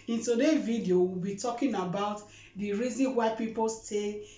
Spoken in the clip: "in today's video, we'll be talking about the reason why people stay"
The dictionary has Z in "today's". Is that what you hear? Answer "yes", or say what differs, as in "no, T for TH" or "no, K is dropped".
no, Z is dropped